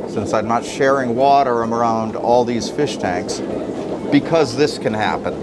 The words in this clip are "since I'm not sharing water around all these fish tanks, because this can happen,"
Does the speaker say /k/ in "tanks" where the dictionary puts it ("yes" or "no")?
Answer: yes